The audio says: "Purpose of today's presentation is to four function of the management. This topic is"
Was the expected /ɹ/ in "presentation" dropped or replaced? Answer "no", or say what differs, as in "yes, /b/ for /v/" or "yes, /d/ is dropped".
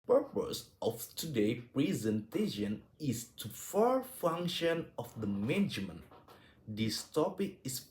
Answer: no